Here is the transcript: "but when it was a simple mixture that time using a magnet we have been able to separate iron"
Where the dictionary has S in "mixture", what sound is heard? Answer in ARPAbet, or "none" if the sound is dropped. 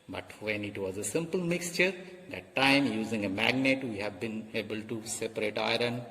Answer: S